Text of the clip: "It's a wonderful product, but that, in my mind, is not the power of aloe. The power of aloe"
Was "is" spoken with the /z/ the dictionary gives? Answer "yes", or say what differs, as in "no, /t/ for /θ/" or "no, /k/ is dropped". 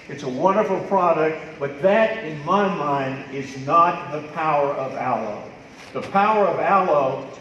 yes